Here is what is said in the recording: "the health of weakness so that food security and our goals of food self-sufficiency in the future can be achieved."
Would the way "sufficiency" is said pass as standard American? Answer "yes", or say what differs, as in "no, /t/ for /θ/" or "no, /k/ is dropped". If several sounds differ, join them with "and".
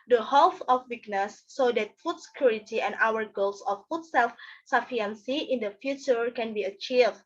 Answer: no, /ʃ/ is dropped